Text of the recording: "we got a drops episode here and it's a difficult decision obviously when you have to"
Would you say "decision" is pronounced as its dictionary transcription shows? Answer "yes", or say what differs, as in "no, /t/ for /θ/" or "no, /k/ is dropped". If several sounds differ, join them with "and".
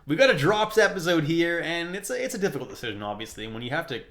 yes